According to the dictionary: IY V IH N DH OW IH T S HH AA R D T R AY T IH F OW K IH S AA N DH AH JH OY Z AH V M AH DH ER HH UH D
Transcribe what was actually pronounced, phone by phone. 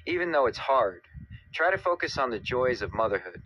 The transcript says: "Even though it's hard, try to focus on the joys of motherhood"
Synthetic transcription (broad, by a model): IY V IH N DH OW IH T S HH AA R D T R AY T IH F OW K IH S N DH AH JH OY Z AH V M AH DH ER HH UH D